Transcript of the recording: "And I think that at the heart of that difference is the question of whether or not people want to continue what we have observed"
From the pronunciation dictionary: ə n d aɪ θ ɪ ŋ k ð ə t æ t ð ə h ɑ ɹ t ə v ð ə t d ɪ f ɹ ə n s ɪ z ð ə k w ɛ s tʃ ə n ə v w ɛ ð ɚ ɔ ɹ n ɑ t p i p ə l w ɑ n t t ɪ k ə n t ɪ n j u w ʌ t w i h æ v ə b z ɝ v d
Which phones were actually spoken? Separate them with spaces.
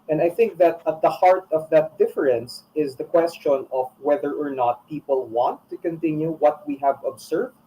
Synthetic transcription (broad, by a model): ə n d aɪ θ ɪ ŋ k ð ə t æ t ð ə h ɑ ɹ t ə v ð ə t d ɪ f ɹ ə n s ɪ z ð ə k w ɛ s tʃ ə n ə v w ɛ ð ɚ ɔ ɹ n ɑ t p i p ə l w ɑ n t t ɪ k ə n t ɪ n j u w ʌ t w i h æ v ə b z ɝ v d